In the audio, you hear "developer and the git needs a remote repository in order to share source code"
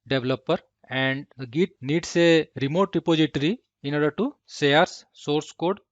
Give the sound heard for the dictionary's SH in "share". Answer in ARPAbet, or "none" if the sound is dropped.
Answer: S